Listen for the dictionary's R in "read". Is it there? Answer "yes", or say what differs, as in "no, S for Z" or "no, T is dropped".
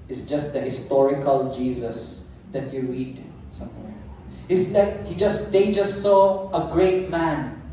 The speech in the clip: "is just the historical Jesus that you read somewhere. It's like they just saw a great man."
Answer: yes